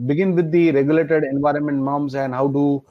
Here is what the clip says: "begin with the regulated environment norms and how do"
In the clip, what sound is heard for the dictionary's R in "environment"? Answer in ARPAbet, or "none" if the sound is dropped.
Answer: R